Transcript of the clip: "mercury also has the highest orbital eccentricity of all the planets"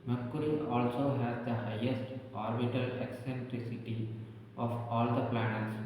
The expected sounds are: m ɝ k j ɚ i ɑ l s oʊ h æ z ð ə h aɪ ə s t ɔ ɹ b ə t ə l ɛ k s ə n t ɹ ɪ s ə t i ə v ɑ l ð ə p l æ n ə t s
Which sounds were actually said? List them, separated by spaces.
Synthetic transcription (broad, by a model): m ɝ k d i ɑ l s oʊ h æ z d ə h aɪ ə s t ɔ ɹ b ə t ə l ɛ k s ə n t ɹ ɪ s ə t i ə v ɑ l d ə p l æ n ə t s